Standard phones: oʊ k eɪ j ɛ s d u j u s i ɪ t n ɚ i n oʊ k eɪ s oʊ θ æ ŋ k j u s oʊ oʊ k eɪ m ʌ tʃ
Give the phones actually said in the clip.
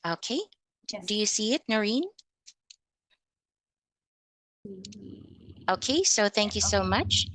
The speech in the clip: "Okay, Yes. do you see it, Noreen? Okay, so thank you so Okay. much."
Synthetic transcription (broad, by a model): oʊ k eɪ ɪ d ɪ j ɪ s i ɪ t n ɚ i n oʊ k eɪ s oʊ θ æ ŋ k j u s oʊ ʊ m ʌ tʃ